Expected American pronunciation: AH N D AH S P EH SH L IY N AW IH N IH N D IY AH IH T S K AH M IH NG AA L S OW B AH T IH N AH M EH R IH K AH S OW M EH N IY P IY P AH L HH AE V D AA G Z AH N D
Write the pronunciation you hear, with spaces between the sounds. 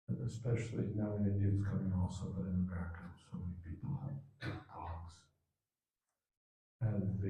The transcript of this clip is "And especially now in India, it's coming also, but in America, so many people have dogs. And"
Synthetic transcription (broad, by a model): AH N AH S P EH SH L IY N AW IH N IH D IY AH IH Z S K AH M IH NG AA L S OW B AH T IH N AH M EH R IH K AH S OW M EH N IY P IY P L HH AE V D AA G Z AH N